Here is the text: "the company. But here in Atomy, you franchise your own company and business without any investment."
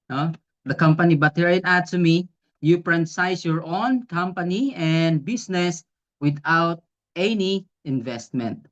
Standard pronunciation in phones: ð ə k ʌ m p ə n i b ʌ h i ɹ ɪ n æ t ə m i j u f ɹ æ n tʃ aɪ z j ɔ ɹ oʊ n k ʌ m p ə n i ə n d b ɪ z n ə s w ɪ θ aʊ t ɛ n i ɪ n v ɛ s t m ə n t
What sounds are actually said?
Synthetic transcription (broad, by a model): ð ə k ʌ m p ə n i b ʌ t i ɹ ɪ n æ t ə m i j u p ɹ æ n s aɪ s j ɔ ɹ oʊ n k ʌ m p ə n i ə n d b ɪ s n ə s w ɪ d aʊ t ɛ n i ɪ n v ɛ s t m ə n t